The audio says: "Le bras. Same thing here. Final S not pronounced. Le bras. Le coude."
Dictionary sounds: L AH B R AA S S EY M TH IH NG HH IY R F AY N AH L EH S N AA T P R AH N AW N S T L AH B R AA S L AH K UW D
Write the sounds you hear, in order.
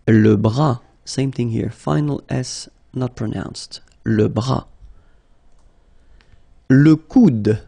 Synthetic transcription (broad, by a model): L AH B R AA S S EY M TH IH NG HH IY R F AY N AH L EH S N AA T P R AH N AW N S T L AH B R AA L AH K UW D